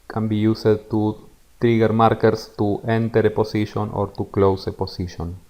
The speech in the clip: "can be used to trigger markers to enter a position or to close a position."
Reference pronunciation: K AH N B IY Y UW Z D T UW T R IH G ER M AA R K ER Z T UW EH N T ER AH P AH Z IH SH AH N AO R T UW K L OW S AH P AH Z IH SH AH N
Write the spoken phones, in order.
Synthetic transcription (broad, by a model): K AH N B IY Y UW S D T UW T R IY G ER M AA R K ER S T UW EH N T ER AH P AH S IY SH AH N AO R T UW K L OW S AH P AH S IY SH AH N